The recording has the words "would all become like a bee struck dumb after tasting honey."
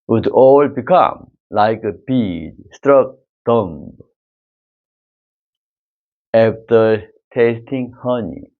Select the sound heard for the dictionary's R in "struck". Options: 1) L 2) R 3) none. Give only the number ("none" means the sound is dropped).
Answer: 2